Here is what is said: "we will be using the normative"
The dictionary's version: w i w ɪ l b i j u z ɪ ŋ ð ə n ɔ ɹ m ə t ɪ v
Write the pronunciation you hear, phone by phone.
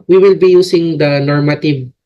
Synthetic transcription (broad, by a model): w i w ɪ l b i j u s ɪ ŋ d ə n ɔ ɹ m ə t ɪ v